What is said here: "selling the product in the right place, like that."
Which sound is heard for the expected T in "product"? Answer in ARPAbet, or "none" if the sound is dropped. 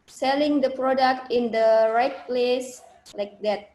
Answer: T